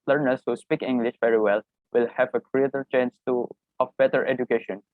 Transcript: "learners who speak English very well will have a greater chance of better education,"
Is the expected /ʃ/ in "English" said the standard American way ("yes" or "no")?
yes